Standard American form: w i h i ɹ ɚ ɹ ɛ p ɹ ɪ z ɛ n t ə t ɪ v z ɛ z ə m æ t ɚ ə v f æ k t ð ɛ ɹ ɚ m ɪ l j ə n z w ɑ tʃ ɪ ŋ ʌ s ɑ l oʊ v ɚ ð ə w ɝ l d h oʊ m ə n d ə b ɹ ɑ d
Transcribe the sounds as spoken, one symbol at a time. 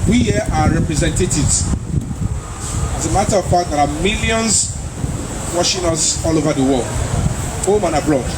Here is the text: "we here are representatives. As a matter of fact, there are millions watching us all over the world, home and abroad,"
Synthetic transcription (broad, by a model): w i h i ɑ ɹ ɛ p ɹ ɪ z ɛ n t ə t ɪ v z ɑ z ə m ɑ t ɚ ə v p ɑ t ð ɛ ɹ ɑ m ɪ l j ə n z w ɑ ʃ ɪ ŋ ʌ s ɑ l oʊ v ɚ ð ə w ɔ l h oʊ m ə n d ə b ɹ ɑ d